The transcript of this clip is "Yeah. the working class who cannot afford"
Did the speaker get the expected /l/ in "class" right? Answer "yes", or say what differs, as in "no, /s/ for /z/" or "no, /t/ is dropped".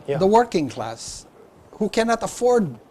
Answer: yes